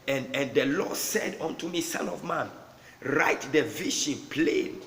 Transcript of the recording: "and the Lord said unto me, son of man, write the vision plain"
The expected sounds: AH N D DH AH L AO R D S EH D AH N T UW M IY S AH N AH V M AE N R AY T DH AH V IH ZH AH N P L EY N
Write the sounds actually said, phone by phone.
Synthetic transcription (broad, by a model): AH N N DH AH L AO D S EH D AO N T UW M IY S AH N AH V M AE N R AY T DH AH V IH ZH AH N P L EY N